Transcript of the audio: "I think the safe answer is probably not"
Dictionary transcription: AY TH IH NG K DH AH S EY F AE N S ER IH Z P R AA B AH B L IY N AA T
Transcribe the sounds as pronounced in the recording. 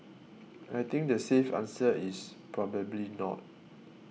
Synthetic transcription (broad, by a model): AY T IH NG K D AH S EY F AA N S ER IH S P R AA B AH B L IY N AA T